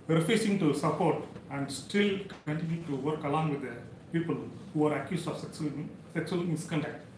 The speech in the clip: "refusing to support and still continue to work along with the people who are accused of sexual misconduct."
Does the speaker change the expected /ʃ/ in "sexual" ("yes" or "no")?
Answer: yes